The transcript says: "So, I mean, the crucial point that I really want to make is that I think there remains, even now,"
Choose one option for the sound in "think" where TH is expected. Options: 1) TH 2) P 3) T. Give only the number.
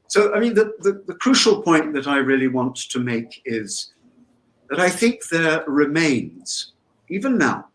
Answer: 1